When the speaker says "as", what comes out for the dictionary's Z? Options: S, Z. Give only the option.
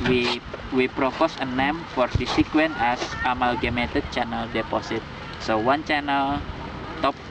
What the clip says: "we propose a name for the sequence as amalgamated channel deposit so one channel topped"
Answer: S